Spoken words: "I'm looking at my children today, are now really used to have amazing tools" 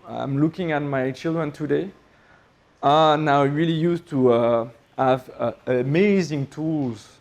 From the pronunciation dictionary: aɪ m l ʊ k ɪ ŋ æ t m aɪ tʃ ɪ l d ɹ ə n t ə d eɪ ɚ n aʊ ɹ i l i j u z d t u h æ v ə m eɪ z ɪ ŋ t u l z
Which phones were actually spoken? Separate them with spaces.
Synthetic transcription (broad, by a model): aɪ m l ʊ k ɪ ŋ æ t m aɪ tʃ ɪ l d ɹ ə n t ə d eɪ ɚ n aʊ ɹ i l i j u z t u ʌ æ v ə m eɪ z ɪ ŋ t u l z